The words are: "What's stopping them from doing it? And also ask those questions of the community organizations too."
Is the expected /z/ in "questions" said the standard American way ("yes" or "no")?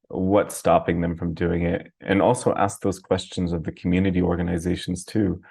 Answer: yes